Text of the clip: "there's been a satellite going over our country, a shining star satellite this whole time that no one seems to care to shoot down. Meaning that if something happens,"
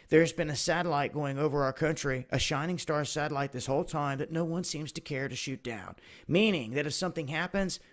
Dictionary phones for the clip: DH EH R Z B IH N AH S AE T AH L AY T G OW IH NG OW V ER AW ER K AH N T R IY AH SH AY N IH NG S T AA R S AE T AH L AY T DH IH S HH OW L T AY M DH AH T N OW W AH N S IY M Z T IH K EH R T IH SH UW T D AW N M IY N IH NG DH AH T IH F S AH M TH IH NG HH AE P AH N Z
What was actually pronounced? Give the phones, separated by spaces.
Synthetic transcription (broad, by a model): DH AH R Z B IH N AH S AE T AH L AY T G OW IH NG OW V ER AW ER K AH N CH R IY AH SH AY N IH NG S T AA R S AE T AH L AY T DH IH S HH OW L T AY M DH AH T N OW W AH N S IY M Z T IH K EH R T IH SH UW T D AW N M IY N IH NG DH AH T IH F S AH M TH IH NG HH AE P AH N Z